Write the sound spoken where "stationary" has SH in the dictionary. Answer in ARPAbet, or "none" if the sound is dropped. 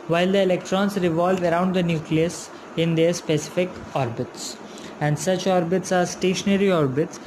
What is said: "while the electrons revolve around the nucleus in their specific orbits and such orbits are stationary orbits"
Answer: SH